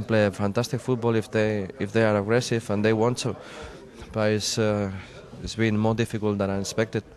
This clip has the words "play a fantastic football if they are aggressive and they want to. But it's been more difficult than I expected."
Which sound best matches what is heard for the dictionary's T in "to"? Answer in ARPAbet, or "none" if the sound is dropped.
S